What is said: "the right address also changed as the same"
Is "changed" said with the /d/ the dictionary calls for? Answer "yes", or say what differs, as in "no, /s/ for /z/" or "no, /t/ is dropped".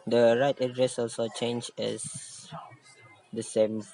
no, /d/ is dropped